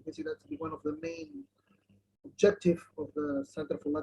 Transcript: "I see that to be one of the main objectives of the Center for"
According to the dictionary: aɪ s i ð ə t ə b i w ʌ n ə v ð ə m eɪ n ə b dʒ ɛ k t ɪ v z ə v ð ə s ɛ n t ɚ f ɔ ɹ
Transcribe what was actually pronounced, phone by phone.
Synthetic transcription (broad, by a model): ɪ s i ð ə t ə b i w ʌ n ə v ð ə m eɪ n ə b dʒ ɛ k t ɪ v ə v ð ə s ɛ n t ɚ f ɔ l